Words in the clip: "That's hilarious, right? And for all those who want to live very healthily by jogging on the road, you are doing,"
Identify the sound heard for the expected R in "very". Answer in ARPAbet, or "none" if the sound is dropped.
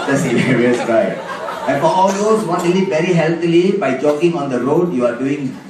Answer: R